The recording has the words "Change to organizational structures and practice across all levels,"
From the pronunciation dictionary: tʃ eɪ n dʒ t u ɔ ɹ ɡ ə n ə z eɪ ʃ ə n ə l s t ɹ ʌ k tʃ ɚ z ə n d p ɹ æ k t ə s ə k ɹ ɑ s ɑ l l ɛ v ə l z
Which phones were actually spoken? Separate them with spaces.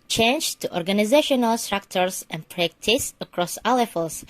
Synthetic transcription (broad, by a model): tʃ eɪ n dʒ t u ɔ ɹ ɡ ə n ə z eɪ ʃ ə n ə l s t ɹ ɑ k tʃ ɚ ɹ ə n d p ɹ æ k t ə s ə k ɹ ɑ s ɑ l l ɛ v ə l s